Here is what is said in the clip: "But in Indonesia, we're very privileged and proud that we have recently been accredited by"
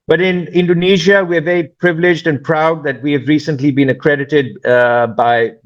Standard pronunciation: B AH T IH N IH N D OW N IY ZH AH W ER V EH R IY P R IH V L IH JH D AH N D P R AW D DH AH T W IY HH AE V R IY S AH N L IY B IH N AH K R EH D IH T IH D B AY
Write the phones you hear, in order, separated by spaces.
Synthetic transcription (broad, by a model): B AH T IH N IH N D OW N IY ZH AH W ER V EH R IY P R IH V L IH JH D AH N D P R AW D DH AH T W IY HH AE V R IY S AH N L IY B IH N AH K R EH D IH T IH D B AY